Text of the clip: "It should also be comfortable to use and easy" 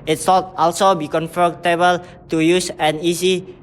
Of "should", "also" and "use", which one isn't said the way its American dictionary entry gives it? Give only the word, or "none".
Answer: should